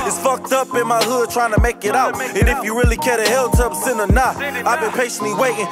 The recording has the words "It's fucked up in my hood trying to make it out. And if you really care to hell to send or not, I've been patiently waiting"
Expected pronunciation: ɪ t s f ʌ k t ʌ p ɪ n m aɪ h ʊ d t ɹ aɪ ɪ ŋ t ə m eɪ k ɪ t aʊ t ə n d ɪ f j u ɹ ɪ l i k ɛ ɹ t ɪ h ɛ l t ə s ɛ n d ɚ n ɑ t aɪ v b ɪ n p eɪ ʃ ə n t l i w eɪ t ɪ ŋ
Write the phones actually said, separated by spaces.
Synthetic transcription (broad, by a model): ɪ t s f ʌ k t ʌ p ɪ n m aɪ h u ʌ t ɹ aɪ ɪ ŋ t ə m eɪ k ɪ t aʊ t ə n ɪ f j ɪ ɹ ɪ l i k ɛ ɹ t ɪ h ɛ l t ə s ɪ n ɚ n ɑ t aɪ v b ɪ n p eɪ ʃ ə n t l i w eɪ t ɪ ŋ